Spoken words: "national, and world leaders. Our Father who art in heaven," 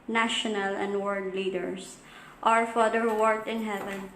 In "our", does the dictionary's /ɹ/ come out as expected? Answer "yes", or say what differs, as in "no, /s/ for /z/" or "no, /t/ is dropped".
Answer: yes